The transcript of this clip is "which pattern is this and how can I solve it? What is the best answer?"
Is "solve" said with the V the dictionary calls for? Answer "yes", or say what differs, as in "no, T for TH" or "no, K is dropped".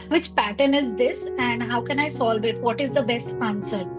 yes